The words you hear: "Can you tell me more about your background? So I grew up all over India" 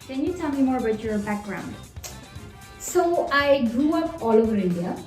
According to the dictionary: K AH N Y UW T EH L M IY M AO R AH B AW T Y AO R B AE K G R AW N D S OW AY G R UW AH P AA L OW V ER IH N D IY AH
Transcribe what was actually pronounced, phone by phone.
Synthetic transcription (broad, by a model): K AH N Y UW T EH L M IY M AO R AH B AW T Y AO R B AE K G R AW N D S OW AY G R UW AH P AA L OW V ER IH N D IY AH